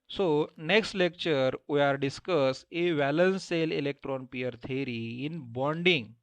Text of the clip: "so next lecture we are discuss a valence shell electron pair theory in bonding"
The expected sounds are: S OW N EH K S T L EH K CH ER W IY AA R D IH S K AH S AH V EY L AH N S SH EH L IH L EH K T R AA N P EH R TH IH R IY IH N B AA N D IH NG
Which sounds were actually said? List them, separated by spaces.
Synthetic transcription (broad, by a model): S OW N EH K S T L EH K CH ER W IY AA R D IH S K AH S AH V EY L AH N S S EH L IH L EH K T R AA N P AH R T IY R IY IH N B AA N D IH NG